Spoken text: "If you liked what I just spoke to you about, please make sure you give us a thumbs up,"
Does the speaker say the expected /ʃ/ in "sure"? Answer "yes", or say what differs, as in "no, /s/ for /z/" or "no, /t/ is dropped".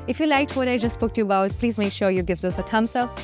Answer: yes